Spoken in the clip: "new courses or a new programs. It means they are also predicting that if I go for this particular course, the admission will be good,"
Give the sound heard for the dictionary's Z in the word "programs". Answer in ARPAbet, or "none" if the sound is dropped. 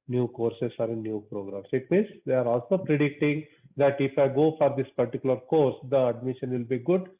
S